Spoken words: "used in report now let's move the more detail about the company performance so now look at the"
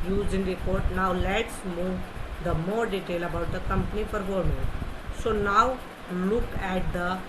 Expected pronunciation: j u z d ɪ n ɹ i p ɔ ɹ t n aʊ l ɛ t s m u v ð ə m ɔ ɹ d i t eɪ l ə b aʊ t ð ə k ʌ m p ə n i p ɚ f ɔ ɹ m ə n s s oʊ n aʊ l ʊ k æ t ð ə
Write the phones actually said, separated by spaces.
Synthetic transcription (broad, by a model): j u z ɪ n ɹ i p ɔ ɹ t n aʊ l ɛ t s m u v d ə m ɔ ɹ d i t eɪ l ə b aʊ t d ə k ʌ m p ə n i f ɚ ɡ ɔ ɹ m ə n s s oʊ n aʊ l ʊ k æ t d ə